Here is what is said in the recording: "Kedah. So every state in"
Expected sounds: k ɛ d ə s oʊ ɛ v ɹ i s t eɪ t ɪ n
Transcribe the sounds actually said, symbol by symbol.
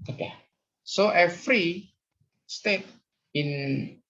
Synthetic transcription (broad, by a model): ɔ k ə s oʊ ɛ f ɹ i s t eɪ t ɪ n